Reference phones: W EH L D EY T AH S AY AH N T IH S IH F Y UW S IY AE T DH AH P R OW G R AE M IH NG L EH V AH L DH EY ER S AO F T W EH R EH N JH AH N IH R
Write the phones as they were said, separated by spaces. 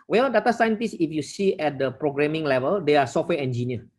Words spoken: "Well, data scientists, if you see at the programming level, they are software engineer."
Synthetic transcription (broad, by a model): W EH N D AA T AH S AY AH N T IH S IH F Y UW S IY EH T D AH P R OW G R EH M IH NG L EH V AH L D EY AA S AO F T W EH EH N JH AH N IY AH